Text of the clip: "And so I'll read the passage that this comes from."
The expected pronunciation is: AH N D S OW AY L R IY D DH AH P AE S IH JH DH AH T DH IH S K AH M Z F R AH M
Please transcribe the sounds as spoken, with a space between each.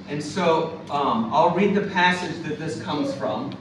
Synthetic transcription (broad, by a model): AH N S OW AY L R IY D DH AH P AE S IH JH DH AH T DH IH S K AH M Z F R AH M